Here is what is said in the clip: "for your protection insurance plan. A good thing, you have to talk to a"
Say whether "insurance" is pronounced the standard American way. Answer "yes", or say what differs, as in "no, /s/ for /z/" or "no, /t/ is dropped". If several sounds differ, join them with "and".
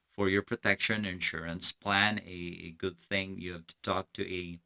yes